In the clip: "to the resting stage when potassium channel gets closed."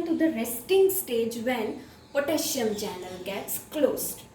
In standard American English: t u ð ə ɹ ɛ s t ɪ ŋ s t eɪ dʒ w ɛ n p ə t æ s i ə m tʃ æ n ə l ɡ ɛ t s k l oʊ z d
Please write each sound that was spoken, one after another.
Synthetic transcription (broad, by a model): t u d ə ɹ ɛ s t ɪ ŋ s t eɪ dʒ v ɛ n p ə t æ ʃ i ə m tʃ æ n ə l ɡ ɛ t s k l oʊ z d